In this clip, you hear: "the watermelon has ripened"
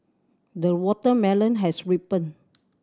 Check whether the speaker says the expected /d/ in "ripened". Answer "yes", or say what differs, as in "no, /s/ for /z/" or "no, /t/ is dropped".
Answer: no, /d/ is dropped